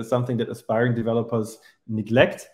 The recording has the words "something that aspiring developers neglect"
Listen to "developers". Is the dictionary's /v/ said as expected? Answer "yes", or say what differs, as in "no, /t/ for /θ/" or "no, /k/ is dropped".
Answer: yes